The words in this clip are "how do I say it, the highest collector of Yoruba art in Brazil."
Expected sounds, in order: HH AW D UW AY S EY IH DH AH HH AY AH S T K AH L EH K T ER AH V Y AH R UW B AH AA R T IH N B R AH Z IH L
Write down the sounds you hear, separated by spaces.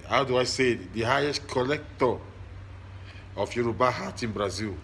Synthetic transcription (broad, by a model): HH AW D UW AY S EY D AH HH AY AH S T K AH L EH K T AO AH F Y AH R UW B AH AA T IH N B R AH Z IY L